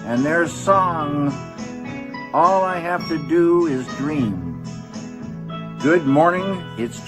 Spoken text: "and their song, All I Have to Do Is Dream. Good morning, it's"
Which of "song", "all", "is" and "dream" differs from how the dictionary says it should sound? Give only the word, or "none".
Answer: none